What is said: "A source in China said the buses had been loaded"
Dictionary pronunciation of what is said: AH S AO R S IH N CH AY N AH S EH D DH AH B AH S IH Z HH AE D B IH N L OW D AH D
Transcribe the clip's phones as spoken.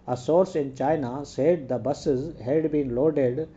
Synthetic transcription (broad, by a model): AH S AO R S IH N CH AY N AH S EH D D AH B AH S IH Z HH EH D B IH N L OW D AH D